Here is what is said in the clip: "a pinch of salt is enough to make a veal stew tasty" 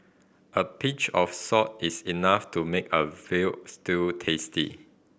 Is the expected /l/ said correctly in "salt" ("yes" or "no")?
no